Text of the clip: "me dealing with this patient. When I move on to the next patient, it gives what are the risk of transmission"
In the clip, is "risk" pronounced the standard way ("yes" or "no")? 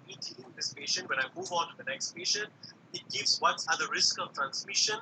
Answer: yes